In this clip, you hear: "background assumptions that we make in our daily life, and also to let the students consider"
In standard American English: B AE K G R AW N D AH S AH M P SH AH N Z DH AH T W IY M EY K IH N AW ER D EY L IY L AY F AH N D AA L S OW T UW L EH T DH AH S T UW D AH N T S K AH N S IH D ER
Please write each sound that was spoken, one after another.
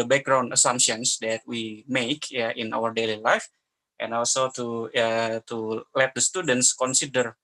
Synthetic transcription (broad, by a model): B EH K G R AW N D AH S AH M SH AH N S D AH T W IY M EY K IH N AW ER D EY L IY L AY F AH N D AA L S OW T UW L EH T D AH S T UW D AH N T S K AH N S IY D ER